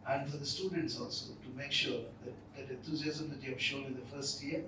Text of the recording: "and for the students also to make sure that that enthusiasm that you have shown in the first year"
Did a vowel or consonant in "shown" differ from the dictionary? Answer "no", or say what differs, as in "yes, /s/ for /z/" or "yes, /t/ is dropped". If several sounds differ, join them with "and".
yes, /l/ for /n/